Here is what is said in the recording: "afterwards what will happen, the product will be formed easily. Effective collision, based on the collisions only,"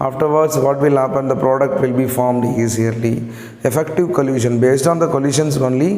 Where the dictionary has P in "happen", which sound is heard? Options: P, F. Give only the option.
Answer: P